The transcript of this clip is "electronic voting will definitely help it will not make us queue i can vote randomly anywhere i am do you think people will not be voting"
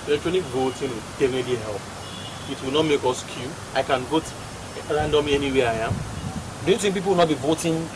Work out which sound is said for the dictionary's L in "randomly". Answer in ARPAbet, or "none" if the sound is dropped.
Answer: none